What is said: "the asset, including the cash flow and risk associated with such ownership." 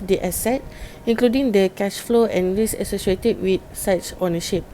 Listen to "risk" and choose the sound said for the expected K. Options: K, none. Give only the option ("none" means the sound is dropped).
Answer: none